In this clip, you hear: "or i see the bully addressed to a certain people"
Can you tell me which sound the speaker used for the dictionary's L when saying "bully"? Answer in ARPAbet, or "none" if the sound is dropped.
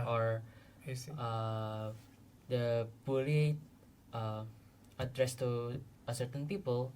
none